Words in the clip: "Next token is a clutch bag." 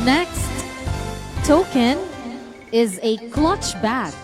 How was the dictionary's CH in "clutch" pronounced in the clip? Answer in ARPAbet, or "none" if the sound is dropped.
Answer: CH